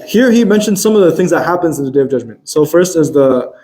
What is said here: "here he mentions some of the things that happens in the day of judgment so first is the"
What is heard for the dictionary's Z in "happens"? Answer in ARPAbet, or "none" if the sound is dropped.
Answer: Z